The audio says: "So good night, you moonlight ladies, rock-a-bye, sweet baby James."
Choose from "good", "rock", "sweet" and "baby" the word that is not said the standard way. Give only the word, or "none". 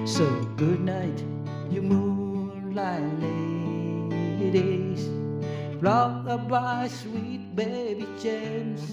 rock